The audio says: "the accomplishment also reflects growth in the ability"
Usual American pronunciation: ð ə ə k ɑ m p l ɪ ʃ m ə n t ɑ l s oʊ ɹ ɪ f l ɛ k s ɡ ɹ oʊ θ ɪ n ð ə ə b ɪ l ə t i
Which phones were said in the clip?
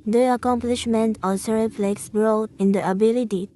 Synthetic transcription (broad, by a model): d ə ə k ɑ m p l ɪ ʃ m ə n t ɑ s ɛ ɹ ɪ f l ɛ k s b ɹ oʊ t ɪ n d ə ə b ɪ l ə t i